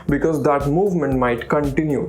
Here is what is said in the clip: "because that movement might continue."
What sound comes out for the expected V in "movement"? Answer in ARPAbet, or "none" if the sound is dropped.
V